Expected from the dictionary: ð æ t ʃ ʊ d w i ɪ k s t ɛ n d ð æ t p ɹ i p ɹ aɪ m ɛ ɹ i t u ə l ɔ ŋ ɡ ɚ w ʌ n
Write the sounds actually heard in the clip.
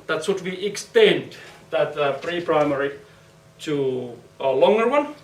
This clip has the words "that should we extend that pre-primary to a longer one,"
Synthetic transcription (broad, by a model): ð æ t s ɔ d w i ɪ k s t ɛ n d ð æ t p ɹ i p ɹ aɪ m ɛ ɹ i t u ə l ɔ ŋ ɡ ɚ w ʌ n